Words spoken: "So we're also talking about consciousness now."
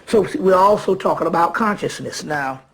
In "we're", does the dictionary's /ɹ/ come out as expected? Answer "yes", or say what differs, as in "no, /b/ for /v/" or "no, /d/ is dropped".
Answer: yes